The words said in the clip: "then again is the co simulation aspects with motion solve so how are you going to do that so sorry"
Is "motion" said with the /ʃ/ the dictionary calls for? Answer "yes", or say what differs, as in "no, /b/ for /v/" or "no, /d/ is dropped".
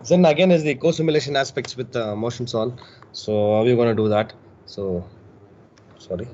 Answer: yes